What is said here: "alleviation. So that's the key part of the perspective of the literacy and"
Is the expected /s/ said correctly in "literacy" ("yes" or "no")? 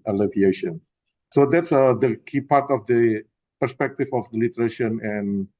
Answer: no